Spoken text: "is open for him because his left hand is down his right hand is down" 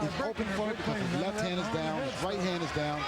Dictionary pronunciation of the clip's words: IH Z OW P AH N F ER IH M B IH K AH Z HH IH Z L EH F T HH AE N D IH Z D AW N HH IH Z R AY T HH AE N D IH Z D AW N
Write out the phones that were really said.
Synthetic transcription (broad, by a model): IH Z OW P AH N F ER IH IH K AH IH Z L EH F T HH AE N D IH Z D AW N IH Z R AY T HH AE N D IH Z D AW N